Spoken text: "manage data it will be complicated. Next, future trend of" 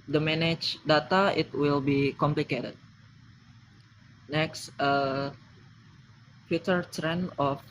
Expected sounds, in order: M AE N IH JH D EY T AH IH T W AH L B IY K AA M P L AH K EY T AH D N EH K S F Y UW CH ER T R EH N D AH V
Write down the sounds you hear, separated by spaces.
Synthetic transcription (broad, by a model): M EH N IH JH D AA T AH IH T W AH L B IY K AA M P L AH K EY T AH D N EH K S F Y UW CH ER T R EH N AH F